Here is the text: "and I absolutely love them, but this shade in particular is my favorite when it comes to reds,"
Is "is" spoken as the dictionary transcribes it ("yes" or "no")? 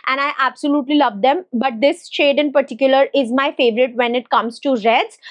yes